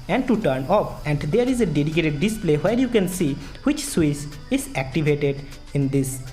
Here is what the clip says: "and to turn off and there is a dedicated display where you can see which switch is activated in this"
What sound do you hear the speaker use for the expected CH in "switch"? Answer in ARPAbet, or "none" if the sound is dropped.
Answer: S